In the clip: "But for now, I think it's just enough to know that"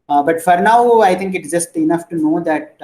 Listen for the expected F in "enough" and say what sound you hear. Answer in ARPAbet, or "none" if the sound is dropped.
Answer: F